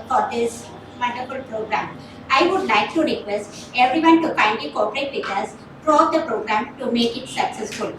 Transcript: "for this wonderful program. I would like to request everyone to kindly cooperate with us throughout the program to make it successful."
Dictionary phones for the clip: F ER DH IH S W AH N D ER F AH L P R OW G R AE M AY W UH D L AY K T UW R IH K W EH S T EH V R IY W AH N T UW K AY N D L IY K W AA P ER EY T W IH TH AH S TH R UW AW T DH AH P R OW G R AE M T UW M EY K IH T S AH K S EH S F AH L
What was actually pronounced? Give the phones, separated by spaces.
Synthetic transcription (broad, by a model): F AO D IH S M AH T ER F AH L P R OW G R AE M AY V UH D L AY K T UW R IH K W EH S T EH V R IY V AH N T UW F AY N D IY K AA P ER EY T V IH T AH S T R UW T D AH P R OW G R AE M T UW M EY K IH T S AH K S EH S F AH L